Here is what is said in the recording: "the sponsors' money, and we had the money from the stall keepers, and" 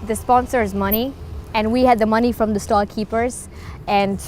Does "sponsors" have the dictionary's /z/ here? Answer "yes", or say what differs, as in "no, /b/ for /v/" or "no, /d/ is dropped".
yes